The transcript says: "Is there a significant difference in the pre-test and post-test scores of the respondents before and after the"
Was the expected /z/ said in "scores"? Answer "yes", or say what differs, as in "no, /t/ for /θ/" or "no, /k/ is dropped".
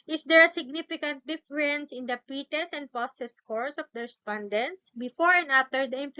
no, /s/ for /z/